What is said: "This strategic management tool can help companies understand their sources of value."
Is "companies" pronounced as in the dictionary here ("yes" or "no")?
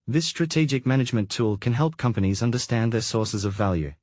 yes